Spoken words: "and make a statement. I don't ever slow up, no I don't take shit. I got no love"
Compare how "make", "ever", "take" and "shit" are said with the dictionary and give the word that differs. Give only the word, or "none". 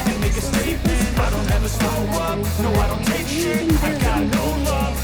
shit